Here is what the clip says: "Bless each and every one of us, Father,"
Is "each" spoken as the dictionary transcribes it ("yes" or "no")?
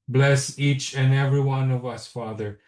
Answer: yes